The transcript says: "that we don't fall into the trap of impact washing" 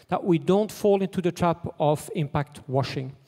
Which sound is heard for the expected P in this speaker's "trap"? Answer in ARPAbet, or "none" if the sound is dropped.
P